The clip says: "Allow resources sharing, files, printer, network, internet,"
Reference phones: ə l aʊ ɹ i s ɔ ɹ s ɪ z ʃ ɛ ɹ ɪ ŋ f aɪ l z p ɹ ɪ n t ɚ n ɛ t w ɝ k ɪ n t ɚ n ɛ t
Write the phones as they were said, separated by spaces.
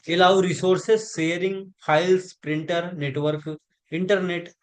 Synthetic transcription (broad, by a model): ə l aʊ ɹ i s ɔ ɹ s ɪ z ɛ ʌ ɹ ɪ ŋ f aɪ l s p ɹ ɪ n t ɚ n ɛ t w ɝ k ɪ n t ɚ n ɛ t